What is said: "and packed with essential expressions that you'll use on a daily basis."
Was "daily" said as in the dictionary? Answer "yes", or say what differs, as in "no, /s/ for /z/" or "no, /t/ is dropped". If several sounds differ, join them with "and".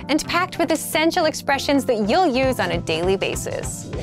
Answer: yes